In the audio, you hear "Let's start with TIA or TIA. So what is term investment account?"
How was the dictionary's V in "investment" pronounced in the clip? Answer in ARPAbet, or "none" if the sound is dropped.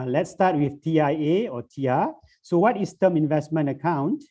V